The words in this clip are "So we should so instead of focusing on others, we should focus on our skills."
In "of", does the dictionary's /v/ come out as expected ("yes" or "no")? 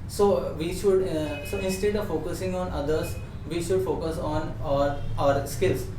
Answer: yes